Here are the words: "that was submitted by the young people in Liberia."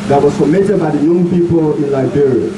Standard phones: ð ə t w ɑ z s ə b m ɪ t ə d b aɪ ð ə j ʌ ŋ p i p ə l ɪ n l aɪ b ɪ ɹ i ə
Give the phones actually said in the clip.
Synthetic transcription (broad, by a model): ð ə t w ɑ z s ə m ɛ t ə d b aɪ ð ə j ʌ ŋ p i p ə l ɪ n l aɪ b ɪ ɹ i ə